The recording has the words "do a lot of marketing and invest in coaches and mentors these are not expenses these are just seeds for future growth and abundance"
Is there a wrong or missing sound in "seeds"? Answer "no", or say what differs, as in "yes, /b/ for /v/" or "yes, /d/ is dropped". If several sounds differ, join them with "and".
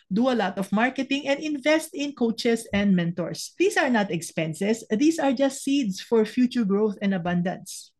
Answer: yes, /s/ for /z/